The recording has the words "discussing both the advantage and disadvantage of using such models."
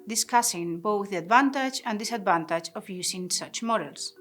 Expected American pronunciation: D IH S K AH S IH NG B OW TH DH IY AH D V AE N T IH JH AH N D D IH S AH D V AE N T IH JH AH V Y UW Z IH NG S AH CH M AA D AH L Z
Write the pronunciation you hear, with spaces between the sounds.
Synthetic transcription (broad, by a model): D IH S K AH S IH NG B OW TH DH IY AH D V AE N T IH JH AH N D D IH S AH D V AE N T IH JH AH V Y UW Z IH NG S AH CH M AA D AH L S